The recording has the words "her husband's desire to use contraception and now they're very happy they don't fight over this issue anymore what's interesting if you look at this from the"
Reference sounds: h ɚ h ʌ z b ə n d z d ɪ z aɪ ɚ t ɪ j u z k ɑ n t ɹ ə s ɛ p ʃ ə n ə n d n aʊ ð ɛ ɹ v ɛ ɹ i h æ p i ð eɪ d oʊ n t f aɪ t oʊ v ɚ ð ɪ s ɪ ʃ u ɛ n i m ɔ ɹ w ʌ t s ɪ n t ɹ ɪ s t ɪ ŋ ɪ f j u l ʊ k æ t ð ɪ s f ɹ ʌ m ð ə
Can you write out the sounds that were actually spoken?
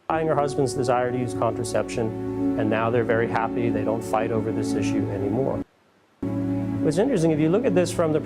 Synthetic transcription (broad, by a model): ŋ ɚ h ʌ z b ə n d z d ɪ z aɪ ɚ t ɪ j u z k ɑ n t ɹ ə s ɛ p ʃ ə n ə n n aʊ ð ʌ ɹ v ɛ ɹ i h æ p i ð eɪ d oʊ n t f aɪ t oʊ v ɚ ð ɪ s ɪ ʃ u ɛ n i m ɔ ɹ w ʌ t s ɪ n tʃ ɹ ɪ s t ɪ ŋ ɪ f j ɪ l ʊ k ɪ t ð ɪ s f ɹ ʌ m ð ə